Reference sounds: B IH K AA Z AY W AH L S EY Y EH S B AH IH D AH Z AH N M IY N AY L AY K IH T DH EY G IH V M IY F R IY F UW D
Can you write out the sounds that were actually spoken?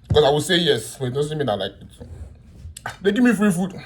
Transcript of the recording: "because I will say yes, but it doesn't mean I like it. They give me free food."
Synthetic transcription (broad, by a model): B K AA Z AY W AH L S EY Y EH S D IH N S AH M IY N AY L AY K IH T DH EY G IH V M IY F R IY F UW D